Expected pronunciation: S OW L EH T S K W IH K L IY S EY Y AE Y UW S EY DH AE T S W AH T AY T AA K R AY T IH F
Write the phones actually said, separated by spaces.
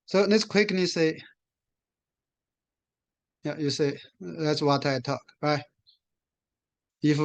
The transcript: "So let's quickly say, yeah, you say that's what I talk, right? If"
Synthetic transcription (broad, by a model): S OW N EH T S K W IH K N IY S EY Y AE Y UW S EY DH AE T S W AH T AY T AA K R AY T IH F